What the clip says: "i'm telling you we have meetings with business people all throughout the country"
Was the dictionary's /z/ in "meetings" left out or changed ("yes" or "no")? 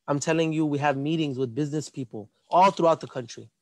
no